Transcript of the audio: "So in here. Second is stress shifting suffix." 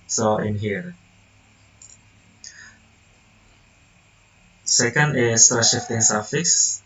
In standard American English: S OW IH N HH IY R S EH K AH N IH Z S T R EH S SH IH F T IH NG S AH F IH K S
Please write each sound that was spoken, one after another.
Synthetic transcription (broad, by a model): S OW IH N HH IY R S EH K AH N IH S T AA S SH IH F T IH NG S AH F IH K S